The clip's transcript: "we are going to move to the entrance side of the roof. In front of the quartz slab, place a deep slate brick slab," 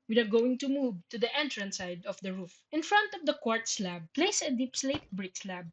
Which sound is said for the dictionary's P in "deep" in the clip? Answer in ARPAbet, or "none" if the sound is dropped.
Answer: P